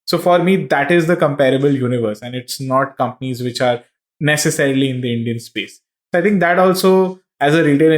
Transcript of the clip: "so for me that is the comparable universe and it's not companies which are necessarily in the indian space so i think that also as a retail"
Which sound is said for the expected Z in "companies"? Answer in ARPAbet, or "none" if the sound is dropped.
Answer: Z